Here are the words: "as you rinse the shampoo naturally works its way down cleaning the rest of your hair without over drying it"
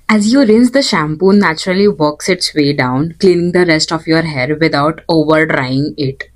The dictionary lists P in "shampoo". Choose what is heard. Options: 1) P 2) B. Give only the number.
1